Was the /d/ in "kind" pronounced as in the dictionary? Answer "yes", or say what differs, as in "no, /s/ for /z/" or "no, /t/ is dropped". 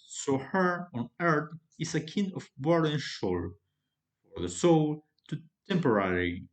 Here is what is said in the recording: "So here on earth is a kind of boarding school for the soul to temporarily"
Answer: no, /d/ is dropped